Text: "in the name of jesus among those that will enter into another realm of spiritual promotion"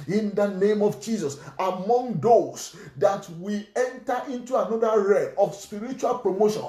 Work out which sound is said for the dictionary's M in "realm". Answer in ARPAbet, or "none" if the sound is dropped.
none